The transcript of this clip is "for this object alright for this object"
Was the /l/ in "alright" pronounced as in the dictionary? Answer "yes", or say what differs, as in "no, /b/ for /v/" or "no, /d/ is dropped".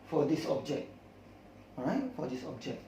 no, /l/ is dropped